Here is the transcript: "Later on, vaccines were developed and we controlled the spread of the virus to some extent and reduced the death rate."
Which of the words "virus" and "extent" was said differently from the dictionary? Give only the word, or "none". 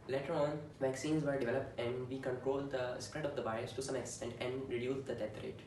virus